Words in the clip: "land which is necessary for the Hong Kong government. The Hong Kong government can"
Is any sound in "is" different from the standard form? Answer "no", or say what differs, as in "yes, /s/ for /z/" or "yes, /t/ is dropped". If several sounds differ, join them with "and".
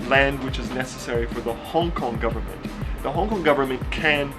no